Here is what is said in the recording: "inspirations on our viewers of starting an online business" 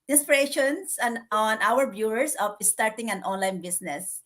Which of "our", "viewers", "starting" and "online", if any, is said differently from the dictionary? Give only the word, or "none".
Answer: viewers